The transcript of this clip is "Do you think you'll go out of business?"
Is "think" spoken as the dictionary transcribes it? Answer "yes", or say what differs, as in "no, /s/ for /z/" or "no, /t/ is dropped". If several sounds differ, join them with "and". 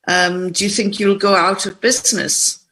yes